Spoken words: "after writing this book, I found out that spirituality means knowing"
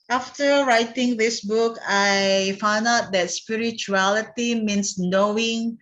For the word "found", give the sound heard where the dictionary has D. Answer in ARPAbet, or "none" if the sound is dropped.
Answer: D